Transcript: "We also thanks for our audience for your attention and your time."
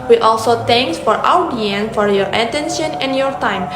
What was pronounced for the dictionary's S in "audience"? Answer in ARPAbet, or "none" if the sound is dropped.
none